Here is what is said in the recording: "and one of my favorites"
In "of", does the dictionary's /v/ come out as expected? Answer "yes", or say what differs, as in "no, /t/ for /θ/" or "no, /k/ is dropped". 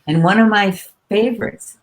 yes